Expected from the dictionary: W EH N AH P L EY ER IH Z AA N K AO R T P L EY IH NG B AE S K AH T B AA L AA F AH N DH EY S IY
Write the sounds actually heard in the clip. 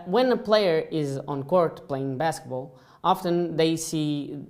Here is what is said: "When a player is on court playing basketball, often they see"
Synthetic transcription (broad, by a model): W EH N AH P L EY ER IH Z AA N K AO R T P L EY IH NG B AE S K AH T B AA L AA F AH N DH EY S IY